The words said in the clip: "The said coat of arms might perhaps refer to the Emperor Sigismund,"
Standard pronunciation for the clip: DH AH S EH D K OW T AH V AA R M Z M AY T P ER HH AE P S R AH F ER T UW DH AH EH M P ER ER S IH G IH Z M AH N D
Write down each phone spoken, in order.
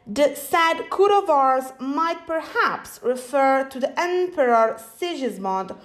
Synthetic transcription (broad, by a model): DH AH S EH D K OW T AH V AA R Z M AY T P ER HH AE P S R AH F ER T UW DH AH EH M P ER ER S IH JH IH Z M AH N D